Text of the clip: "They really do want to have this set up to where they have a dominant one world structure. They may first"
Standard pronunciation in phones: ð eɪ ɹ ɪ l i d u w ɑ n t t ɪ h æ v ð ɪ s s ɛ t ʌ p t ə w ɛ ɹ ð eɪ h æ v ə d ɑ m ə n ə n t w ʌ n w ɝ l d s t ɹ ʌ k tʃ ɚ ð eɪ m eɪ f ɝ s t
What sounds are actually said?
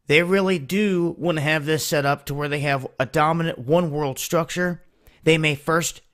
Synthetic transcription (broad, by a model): ð eɪ ɹ ɪ l i d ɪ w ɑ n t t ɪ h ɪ v ð ɪ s s ɛ t ʌ p t ə w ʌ ɹ ð eɪ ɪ v ə d ɑ m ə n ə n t w ʌ n w ɝ l d s t ɹ ʌ k tʃ ɚ ð eɪ m eɪ f ɝ s t